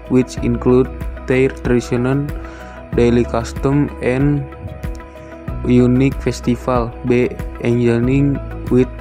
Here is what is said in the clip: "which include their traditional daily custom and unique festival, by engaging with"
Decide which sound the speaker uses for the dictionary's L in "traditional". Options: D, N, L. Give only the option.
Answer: N